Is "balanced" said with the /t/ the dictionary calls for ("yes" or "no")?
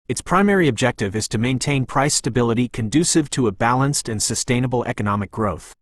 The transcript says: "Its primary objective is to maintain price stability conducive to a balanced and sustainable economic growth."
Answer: yes